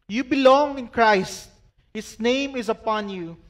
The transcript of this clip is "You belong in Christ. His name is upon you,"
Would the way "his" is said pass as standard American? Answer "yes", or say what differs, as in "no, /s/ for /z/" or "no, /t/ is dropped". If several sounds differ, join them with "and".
no, /s/ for /z/